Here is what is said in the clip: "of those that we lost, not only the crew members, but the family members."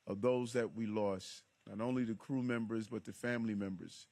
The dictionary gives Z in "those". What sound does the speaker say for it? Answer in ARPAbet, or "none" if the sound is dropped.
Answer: Z